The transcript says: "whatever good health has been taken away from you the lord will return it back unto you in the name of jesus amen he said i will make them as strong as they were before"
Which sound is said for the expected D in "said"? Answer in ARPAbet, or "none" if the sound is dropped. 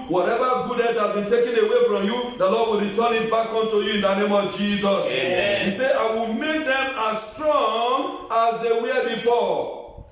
none